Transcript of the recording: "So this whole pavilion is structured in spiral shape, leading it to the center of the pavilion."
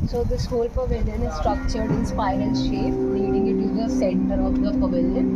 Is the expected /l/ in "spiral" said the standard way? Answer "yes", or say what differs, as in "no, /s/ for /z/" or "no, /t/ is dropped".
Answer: no, /n/ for /l/